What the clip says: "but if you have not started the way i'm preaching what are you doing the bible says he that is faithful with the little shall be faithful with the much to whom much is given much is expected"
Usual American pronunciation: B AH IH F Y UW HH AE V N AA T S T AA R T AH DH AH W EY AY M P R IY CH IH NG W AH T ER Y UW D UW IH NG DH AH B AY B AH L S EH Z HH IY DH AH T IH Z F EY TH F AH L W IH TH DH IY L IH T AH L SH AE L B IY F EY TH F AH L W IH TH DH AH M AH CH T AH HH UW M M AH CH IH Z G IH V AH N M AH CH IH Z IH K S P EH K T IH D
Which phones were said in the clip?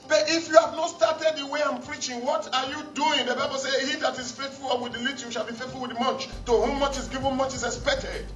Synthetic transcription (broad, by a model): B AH IH F Y UW HH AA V N AA T S T AA T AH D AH W EY AY M P R IY CH IH NG W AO T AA Y UW D UW IH NG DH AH B AY B AH L S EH HH IY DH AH T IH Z F EY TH F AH L W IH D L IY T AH SH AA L B IY F EY T F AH L W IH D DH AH M AH CH T AH HH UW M M AH CH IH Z G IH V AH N M AH CH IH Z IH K S P EH K T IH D